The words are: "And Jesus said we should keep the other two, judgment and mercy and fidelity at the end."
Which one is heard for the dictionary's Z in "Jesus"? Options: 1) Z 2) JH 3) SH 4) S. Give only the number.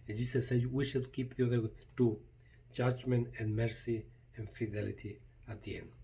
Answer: 4